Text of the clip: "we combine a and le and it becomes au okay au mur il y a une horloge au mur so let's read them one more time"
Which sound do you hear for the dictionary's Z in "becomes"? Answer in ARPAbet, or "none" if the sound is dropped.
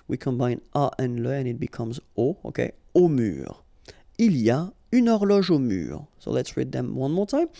Z